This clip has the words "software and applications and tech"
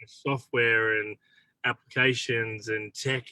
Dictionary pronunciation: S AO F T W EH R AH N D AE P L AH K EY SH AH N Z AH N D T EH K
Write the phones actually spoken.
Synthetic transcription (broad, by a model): S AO F T W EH R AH N AE P L AH K EY SH AH N Z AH N T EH K